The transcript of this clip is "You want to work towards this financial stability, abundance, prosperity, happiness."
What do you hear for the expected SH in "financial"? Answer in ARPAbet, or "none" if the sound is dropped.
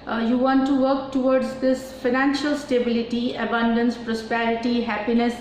SH